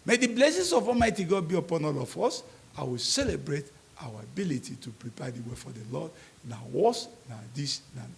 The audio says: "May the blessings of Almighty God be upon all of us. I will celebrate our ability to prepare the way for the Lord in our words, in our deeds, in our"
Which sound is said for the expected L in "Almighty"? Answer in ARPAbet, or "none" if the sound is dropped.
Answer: none